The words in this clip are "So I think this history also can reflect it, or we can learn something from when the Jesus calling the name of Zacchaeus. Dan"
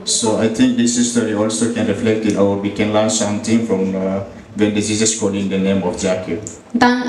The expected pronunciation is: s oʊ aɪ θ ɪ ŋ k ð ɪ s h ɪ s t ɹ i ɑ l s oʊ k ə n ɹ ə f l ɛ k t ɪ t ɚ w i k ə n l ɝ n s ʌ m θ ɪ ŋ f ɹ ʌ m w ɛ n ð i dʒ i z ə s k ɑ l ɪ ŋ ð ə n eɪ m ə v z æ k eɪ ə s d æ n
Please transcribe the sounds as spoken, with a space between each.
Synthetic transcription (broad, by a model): s oʊ aɪ t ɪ ŋ k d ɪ s h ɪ s t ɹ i ɑ l s oʊ k ə n ɹ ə f l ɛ k t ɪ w ɚ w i k ə n l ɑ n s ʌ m t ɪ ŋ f ɹ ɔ m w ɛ n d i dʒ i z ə s k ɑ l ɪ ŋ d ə n eɪ m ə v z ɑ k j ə d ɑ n